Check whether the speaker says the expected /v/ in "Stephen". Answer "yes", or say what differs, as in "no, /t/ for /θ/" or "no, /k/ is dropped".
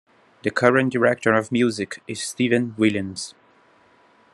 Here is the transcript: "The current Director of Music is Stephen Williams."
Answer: yes